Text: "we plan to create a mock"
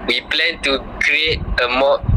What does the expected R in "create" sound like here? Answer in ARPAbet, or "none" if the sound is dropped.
R